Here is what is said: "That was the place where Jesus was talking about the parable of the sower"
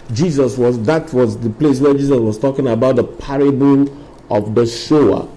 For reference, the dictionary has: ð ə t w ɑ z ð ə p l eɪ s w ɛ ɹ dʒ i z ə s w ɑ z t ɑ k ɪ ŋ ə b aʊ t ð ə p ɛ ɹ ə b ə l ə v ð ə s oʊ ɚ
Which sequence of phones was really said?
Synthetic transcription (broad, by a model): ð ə t w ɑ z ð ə p l eɪ s w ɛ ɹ dʒ i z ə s w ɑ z t ɑ k ɪ ŋ ə b aʊ t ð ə p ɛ ɹ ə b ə n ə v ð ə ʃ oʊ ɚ